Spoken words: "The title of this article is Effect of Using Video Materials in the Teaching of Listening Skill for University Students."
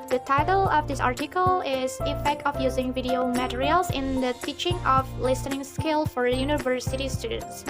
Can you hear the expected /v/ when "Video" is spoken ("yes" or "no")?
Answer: yes